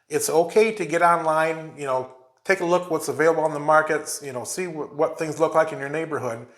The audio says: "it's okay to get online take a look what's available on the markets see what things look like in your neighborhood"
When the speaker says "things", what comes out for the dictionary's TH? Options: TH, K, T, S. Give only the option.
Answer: TH